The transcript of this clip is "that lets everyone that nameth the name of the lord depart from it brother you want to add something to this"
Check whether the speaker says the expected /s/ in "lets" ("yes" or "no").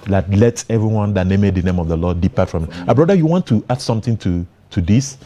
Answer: no